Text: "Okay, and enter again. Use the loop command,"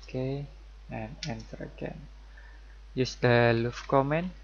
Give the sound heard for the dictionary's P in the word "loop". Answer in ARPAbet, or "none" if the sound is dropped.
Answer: F